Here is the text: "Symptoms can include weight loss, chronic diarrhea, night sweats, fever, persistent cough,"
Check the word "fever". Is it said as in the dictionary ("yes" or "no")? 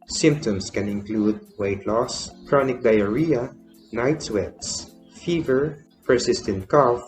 yes